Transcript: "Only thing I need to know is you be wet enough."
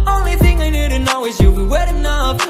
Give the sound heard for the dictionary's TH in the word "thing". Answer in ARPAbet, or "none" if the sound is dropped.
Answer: TH